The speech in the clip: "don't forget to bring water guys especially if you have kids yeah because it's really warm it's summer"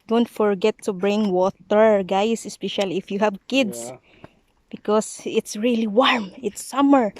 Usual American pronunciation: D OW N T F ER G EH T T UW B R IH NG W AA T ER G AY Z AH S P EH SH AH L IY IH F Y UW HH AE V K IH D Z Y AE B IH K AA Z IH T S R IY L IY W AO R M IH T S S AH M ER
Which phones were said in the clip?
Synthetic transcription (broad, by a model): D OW N T F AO G EH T T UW B R IH NG W AA T ER G AY S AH S P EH SH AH L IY IH F Y UW HH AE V K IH D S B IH K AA S IH T S R IY L IY W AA R M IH T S S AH M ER